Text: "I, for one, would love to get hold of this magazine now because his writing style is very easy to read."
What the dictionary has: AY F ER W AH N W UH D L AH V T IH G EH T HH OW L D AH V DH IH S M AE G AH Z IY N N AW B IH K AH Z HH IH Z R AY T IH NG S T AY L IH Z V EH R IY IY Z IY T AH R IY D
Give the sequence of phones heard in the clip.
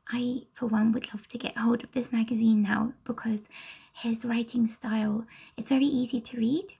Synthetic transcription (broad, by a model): AY F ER W AH N W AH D L AH V T IH G EH T HH OW L D AH V DH IH S M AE G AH Z IY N N AW B IH K AH Z HH IH Z R AY T IH NG S T AY L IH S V EH R IY IY Z IY T AH R IY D